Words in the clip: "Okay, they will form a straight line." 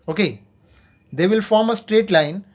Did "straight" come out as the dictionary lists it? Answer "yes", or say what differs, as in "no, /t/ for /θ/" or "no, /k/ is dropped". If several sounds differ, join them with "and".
yes